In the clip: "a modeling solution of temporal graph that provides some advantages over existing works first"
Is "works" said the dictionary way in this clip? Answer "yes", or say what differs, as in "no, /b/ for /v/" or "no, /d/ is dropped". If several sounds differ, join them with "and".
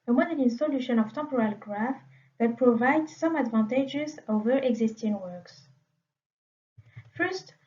yes